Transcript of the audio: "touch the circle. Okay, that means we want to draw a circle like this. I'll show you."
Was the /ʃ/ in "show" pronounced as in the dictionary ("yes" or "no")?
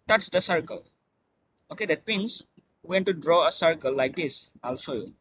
no